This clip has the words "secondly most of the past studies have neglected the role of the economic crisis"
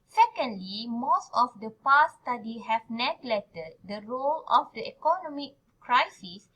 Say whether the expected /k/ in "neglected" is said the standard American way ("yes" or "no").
no